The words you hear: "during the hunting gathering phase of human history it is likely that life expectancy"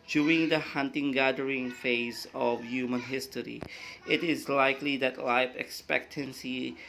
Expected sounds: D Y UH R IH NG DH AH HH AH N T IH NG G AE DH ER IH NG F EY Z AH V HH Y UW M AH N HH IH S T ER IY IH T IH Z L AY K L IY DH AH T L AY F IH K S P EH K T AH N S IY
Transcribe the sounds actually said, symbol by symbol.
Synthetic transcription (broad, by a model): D Y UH R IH NG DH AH HH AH N T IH NG G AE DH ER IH NG F EY Z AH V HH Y UW M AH N HH IH S T ER IY IH T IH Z L AY K L IY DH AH T L AY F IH K S P EH K T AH N S IY